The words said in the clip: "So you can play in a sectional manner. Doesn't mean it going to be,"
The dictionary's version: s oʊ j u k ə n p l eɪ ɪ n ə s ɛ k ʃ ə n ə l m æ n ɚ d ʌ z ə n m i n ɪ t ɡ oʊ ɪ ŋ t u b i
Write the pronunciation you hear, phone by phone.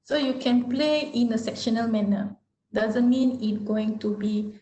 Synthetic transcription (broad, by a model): s oʊ j u k ə n p l eɪ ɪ n ə s ɛ k ʃ ə n ə l m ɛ n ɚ d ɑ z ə n m i n ɪ t ɡ oʊ ɪ ŋ t u b i